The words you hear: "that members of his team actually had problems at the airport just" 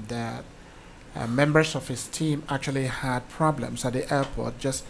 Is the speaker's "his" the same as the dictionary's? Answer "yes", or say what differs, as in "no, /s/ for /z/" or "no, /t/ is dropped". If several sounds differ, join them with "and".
no, /s/ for /z/